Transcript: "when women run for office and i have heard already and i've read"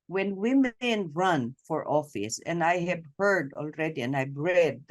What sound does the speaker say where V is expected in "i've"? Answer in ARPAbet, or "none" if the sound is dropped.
B